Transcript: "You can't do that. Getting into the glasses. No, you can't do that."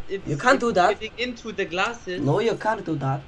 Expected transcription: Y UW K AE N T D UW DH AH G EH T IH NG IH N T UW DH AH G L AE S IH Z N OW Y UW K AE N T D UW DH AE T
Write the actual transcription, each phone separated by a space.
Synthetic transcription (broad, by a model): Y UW K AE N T D UW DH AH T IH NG IH N T UW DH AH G L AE S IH N OW Y UW K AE N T D UW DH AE T